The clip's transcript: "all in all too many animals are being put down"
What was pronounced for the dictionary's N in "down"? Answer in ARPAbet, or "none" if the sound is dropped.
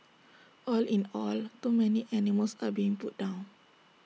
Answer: N